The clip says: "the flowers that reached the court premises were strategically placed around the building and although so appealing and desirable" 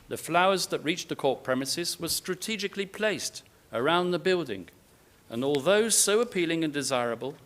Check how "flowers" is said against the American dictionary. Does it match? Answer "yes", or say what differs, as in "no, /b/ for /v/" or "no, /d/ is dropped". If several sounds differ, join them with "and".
yes